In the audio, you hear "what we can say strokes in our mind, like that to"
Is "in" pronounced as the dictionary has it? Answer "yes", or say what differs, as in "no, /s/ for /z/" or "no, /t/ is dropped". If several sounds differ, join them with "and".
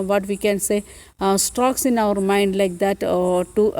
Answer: yes